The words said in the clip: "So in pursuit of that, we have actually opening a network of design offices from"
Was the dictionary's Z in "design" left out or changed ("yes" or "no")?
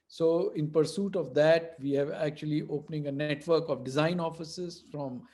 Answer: no